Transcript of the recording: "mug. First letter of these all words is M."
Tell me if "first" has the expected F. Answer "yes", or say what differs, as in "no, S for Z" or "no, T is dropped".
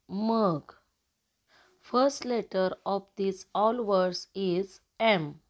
yes